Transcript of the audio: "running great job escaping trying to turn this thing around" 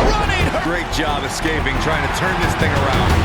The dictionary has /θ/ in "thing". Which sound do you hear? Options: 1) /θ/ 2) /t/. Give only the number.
1